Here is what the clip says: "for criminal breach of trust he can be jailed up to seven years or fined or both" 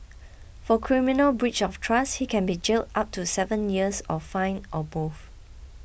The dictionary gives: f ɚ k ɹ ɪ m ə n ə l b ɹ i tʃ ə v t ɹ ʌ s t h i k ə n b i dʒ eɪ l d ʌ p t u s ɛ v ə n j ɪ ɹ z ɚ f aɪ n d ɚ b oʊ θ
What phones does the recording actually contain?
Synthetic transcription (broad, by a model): f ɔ k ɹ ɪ m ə n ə l b ɹ i tʃ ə f t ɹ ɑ s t h i k ə n b i dʒ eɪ l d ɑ p t u s ɛ v ə n j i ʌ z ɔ f aɪ n ɔ b oʊ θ